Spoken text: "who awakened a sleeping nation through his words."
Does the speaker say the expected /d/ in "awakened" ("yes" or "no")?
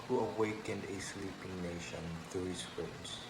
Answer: yes